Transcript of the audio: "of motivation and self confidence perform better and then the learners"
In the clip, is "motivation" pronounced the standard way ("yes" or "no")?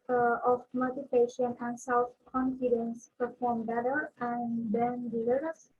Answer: no